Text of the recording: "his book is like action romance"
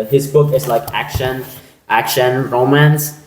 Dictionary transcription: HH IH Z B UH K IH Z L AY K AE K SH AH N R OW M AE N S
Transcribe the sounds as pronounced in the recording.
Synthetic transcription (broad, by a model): HH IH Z B UH K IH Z L AY K AE K SH AH N R OW M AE N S